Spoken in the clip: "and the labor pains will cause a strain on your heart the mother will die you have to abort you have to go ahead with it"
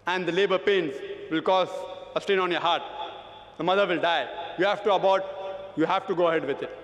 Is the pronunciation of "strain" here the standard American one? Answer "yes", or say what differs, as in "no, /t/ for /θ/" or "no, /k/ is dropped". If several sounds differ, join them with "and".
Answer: no, /ɹ/ is dropped